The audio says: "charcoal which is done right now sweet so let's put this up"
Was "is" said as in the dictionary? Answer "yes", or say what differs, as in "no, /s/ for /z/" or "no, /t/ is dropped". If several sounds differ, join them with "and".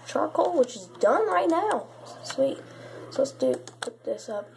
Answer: yes